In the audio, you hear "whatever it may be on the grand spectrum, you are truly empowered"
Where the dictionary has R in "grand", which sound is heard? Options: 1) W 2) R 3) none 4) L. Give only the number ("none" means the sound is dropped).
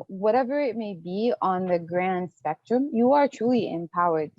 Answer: 2